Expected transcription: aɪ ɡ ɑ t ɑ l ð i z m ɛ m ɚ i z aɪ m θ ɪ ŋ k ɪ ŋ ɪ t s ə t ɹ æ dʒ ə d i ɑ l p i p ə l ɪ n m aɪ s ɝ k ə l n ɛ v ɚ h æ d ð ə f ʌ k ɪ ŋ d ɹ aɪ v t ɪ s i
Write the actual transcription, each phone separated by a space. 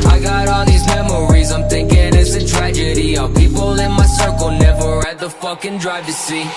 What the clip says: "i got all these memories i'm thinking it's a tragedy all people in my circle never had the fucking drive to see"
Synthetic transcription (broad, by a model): aɪ ɡ ɑ t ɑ ð i z m ɛ m ɚ i z aɪ m θ ɪ ŋ k ɪ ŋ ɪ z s ə t ɹ æ dʒ ə d i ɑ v p i p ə l ɪ n m aɪ s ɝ k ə l n ɛ v ɚ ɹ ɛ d ð ə f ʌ k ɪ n d ɹ aɪ v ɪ s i